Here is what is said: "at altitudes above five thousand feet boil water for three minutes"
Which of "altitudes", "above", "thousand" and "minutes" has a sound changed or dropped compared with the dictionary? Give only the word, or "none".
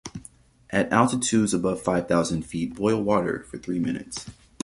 none